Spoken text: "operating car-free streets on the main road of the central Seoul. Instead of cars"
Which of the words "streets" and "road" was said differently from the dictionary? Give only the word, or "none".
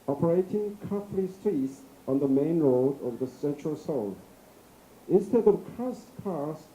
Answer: none